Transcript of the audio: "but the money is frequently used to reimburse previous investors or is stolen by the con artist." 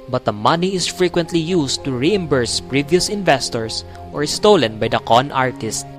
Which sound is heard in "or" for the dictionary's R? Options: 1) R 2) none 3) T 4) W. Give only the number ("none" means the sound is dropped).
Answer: 1